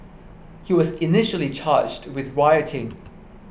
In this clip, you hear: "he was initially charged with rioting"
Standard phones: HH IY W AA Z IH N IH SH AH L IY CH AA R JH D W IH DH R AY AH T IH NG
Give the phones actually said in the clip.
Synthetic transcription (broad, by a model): HH IY W AA Z IH N IH SH AH L IY CH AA JH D W IH DH R AY AH T IH NG